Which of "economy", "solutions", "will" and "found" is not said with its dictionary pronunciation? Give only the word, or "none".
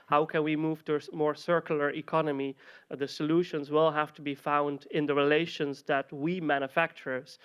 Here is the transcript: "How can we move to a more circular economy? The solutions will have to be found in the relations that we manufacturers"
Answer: none